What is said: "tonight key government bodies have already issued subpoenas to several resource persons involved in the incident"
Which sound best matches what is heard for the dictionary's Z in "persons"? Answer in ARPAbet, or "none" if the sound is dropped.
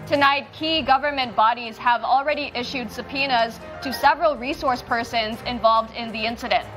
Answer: Z